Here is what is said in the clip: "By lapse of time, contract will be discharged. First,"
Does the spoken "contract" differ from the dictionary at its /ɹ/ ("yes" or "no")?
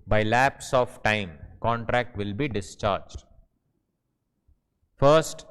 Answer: no